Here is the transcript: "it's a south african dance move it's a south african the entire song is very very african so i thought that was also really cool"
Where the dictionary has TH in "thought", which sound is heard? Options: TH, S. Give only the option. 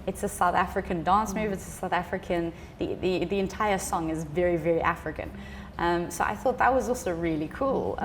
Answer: TH